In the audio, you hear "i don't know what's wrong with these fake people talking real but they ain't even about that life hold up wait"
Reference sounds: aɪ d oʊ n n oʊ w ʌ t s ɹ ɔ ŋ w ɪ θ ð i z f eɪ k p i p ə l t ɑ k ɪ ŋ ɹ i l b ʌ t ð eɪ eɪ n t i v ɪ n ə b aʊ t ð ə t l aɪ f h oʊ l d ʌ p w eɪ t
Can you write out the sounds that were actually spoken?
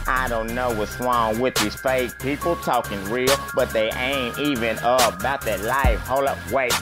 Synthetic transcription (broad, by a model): aɪ d oʊ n n oʊ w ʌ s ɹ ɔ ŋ w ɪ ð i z f eɪ k p i p l t ɑ k ɪ ŋ ɹ i l b ʌ t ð eɪ eɪ n t i v ɪ n ə b aʊ t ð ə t l aɪ f h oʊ l ʌ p w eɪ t